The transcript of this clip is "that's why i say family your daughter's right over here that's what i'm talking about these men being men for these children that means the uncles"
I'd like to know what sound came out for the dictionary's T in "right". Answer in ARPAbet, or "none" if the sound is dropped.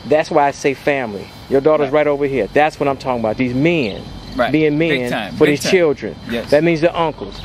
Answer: T